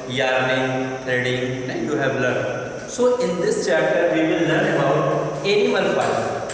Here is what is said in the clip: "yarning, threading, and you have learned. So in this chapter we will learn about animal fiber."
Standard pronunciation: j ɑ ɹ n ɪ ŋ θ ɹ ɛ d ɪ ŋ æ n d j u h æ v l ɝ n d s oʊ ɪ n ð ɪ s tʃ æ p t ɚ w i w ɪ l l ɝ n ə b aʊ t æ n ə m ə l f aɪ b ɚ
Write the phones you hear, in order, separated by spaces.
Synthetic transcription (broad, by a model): j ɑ ɹ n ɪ ŋ t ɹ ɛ d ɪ ŋ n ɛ j u h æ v l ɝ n s oʊ ɪ n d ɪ s tʃ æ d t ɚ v i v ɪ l l ɝ n ə b aʊ t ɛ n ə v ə n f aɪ